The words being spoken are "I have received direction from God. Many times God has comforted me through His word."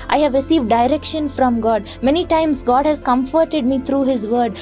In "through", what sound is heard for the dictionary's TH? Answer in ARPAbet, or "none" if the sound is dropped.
T